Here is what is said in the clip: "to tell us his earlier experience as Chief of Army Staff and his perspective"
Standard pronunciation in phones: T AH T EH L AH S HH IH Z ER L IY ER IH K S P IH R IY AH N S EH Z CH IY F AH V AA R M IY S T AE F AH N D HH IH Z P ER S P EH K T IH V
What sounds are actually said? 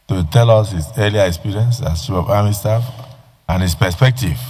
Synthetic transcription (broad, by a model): T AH T EH L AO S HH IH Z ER L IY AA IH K S P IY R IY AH N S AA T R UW AH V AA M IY S T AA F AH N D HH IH S P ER S P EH K T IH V